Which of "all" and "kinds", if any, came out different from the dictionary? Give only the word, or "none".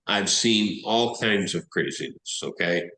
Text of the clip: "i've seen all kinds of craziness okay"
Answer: none